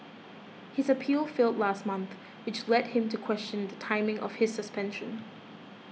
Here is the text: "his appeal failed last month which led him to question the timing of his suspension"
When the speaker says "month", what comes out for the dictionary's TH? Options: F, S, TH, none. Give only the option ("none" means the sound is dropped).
TH